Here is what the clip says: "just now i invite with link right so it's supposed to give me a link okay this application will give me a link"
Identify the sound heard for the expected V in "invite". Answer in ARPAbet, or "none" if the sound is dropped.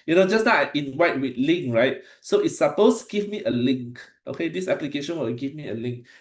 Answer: W